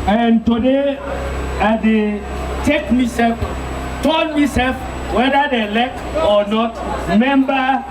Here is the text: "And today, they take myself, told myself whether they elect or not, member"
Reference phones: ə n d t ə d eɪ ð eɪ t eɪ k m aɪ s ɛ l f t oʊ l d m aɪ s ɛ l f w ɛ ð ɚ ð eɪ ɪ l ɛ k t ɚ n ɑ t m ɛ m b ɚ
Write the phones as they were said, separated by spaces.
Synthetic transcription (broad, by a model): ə n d t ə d eɪ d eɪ t eɪ k m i s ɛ l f t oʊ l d m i s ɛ l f w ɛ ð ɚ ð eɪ l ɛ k ɔ n ɑ t m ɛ m b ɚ